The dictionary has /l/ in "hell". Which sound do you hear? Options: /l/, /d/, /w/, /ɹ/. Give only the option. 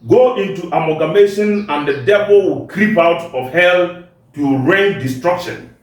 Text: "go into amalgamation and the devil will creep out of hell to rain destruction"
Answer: /l/